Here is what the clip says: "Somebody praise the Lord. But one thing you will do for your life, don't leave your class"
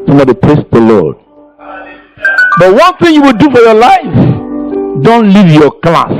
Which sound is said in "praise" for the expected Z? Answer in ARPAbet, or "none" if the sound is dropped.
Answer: S